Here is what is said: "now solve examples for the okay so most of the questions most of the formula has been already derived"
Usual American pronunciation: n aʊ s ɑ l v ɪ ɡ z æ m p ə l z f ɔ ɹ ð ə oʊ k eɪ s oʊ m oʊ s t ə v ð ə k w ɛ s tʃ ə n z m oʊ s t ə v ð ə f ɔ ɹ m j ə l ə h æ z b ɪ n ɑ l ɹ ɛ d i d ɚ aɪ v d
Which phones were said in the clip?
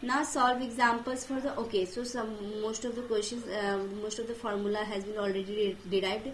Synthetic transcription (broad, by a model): n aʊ s ɑ l v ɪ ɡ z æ m p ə l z f ɔ ɹ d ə oʊ k eɪ s oʊ m oʊ s t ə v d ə k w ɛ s ʃ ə n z m oʊ s t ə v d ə f ɔ ɹ m j ə l ə h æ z b ɪ n ɑ l ɹ ɛ d i d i aɪ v d